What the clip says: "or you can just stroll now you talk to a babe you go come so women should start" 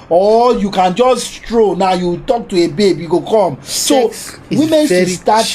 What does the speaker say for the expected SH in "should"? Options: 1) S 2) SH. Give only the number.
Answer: 1